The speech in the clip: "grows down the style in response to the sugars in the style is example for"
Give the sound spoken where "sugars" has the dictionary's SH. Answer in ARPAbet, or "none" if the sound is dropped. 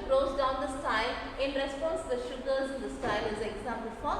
SH